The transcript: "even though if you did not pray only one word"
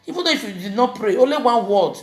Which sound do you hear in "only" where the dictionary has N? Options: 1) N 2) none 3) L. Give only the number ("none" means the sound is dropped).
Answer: 2